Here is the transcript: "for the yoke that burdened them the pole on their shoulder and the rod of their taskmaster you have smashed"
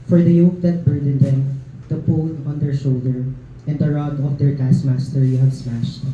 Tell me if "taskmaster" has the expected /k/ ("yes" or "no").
no